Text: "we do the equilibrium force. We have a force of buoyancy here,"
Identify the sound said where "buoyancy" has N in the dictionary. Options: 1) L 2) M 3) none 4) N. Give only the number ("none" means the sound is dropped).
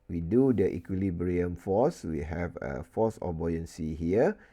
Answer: 4